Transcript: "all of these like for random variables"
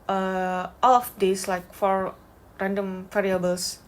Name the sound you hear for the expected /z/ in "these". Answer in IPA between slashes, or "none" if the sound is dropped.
/s/